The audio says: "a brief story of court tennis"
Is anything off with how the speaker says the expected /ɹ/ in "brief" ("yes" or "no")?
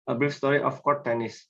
yes